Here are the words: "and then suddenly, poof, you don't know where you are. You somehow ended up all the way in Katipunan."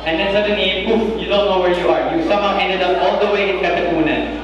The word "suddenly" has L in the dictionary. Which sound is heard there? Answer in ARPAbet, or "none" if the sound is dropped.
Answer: none